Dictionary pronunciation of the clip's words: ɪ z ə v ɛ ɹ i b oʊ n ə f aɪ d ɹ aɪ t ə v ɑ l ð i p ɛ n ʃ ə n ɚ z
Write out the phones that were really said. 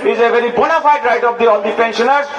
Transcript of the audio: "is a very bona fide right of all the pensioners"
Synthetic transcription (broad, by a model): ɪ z ə v ɛ ɹ i b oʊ n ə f aɪ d ɹ aɪ t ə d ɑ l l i p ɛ n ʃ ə n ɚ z